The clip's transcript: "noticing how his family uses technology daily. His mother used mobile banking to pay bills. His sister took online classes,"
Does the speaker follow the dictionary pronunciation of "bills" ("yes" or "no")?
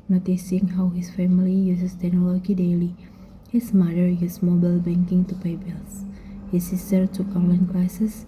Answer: no